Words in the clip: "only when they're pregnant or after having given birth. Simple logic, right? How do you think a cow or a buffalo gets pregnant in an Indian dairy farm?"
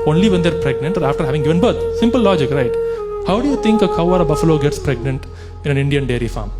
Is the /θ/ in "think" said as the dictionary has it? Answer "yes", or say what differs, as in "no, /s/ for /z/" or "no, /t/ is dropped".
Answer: no, /t/ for /θ/